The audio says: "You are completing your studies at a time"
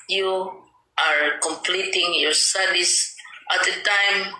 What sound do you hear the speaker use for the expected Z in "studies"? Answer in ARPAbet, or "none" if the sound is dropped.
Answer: S